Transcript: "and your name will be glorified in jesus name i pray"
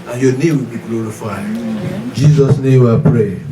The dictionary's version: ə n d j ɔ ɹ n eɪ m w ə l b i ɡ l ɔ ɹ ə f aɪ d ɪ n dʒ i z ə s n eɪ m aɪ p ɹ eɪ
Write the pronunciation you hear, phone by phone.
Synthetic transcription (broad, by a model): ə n j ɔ n eɪ m w ə l b i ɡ l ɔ ɹ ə f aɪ ɪ n dʒ i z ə s n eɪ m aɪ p ɹ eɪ